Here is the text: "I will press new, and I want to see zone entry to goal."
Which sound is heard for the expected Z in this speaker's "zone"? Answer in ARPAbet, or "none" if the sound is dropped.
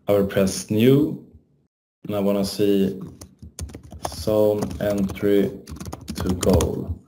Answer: S